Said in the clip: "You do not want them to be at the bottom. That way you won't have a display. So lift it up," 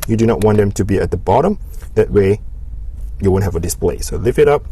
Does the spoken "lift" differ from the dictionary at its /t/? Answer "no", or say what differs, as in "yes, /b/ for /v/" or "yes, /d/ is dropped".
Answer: yes, /t/ is dropped